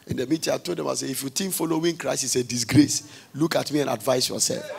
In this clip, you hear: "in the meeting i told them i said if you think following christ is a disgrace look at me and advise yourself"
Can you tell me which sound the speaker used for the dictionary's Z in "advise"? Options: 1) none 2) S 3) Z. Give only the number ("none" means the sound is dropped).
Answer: 2